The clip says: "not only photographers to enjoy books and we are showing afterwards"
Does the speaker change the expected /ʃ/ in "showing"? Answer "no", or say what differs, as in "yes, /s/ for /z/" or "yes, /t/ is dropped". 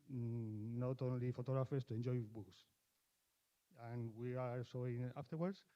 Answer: yes, /s/ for /ʃ/